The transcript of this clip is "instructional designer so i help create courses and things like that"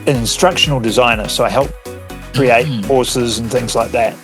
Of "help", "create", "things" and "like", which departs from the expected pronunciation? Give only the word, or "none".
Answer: none